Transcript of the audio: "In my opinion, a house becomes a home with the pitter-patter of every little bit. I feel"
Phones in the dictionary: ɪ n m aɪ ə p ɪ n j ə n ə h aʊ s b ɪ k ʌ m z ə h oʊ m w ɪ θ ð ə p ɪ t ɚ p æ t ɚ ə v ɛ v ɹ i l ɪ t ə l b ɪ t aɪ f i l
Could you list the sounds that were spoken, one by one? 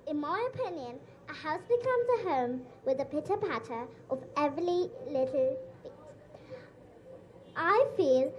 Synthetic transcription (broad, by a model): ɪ n m aɪ ə p ɪ n j ə n ə h aʊ s b ɪ k ʌ m z ə h oʊ m w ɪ ð ə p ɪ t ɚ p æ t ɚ ə v ɛ v ɹ i l ɪ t l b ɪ t aɪ f i l